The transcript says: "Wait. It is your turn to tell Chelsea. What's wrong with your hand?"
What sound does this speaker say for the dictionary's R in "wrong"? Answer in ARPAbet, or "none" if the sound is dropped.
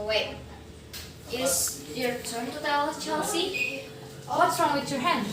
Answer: R